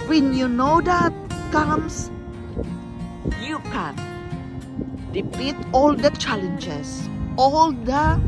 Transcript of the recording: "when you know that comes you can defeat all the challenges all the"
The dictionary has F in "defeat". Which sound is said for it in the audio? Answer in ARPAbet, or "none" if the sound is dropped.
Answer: P